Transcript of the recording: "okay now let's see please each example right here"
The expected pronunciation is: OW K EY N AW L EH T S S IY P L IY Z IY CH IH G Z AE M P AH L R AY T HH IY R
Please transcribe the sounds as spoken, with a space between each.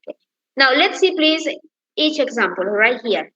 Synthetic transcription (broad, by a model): K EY N AW L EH T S S IY P L IY Z IY CH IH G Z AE M P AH L R AY T HH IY R